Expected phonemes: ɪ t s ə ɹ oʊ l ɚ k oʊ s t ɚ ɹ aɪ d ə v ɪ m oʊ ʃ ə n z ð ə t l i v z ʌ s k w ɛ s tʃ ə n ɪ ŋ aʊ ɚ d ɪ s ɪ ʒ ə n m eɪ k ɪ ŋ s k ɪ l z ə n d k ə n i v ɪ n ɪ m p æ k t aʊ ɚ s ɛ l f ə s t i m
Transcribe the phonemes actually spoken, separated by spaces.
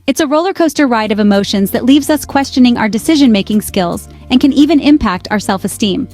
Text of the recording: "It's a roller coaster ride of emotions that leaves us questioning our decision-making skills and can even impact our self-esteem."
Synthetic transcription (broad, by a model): ɪ t s ə ɹ oʊ l ɚ k oʊ s t ɚ ɹ aɪ d ə v ɪ m oʊ ʃ ə n z ð ə t l i v z ʌ s k w ɛ s tʃ ə n ɪ ŋ aʊ ɚ d ɪ s ɪ ʒ ə n m eɪ k ɪ ŋ s k ɪ l z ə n k ə n i v ɪ n ɪ m p æ k t aʊ ɚ s ɛ l f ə s t i m